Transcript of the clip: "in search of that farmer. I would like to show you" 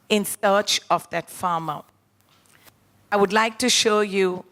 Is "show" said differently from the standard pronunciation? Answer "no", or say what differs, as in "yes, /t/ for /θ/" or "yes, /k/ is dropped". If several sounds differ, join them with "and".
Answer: no